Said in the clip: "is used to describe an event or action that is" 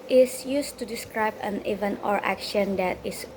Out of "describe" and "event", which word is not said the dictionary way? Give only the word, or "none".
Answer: event